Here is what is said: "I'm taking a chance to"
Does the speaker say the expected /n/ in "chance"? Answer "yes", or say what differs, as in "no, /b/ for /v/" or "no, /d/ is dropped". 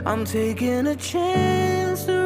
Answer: yes